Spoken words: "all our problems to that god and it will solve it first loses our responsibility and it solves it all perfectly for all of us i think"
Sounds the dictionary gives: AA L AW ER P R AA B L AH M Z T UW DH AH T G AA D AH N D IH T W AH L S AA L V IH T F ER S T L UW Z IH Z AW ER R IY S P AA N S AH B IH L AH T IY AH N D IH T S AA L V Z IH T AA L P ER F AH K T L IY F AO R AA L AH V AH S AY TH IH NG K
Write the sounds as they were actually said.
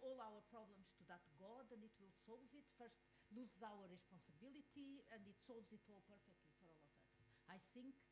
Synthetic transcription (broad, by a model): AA L AW ER P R AA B L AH M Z T UW DH AH T G AA D AH N D IH T W AH L S AA L V IH T F ER S T L UW Z IH Z AW ER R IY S P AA N S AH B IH L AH T IY AH N D IH T S AA L V Z IH T AA L P ER F AH K T L IY F AO R AA L AH V AH S AY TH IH NG K